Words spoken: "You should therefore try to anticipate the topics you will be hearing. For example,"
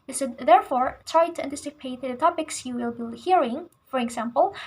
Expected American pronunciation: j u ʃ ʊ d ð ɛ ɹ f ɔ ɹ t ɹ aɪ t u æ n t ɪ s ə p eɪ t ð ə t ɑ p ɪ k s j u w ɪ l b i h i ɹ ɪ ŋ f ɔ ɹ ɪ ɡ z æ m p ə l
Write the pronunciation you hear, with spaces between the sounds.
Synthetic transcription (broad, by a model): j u s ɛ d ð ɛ ɹ f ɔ ɹ t ɹ aɪ t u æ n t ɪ s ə p eɪ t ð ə t ɑ p ɪ k s j u w ɪ l b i h i ɹ ɪ ŋ f ɔ ɹ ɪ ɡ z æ m p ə l